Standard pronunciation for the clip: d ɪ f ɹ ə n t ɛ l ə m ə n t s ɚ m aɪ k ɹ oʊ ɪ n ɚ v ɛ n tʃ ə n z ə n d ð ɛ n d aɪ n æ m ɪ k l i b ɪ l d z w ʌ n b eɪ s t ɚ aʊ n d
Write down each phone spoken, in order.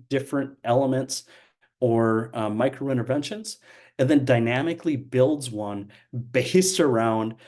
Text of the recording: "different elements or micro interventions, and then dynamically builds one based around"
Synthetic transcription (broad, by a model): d ɪ f ɹ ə n t ɛ l ə m ə n t s ɚ m aɪ k ɹ oʊ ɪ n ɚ v ɛ n ʃ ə n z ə n ð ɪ n d aɪ n æ m ɪ k l i b ɪ l d z w ʌ n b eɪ s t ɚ aʊ n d